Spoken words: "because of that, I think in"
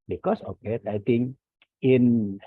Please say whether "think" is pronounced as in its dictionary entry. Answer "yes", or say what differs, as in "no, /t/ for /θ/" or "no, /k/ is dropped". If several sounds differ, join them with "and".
no, /k/ is dropped